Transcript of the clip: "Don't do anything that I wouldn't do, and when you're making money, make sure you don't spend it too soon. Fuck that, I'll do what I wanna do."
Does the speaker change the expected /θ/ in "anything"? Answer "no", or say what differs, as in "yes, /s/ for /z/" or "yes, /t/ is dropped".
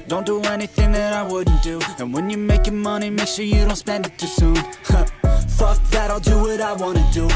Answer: no